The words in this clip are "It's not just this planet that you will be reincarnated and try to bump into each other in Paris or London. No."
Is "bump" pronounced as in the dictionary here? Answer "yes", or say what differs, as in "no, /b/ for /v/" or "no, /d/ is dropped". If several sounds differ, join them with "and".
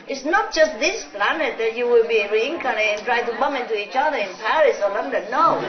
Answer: no, /p/ is dropped